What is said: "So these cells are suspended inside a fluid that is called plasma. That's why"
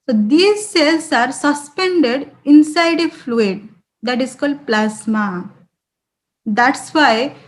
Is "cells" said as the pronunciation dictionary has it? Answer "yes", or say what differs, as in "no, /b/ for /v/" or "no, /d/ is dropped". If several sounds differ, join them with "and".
no, /s/ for /z/